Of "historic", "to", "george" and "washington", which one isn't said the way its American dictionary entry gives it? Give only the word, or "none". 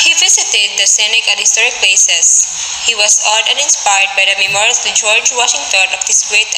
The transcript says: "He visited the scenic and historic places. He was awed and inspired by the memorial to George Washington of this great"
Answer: to